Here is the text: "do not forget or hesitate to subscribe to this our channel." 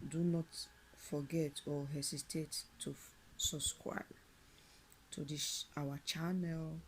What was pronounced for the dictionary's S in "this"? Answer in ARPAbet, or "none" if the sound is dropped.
SH